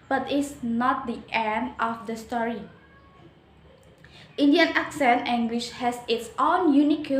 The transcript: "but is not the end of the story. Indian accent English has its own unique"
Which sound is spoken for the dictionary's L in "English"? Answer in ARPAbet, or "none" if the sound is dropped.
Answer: W